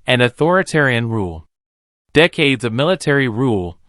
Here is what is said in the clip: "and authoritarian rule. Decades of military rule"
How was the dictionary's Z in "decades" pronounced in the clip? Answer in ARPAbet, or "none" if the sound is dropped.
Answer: Z